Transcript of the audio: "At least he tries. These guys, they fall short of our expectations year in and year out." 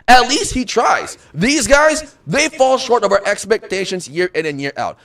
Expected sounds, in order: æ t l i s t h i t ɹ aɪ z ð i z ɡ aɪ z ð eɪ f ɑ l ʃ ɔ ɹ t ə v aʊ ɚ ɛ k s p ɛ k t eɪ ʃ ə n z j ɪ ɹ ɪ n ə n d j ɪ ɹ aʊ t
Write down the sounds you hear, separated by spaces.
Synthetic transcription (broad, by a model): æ t l i s t h i t ɹ aɪ z ð i z ɡ aɪ z ð eɪ f ɑ l ʃ ɔ ɹ t ə v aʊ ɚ ɛ k s p ɛ k t eɪ ʃ ə n z j ɪ ɹ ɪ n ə n j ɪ ɹ aʊ t